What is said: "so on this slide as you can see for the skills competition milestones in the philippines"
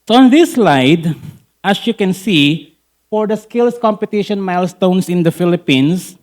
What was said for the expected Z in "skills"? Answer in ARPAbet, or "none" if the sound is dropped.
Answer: S